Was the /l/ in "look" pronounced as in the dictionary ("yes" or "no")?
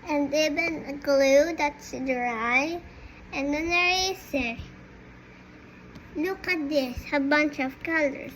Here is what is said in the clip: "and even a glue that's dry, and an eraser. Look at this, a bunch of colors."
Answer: no